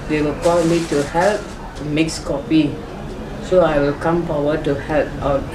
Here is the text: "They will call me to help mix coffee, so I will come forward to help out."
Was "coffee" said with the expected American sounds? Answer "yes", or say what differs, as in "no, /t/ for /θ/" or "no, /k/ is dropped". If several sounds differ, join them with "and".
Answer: no, /p/ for /f/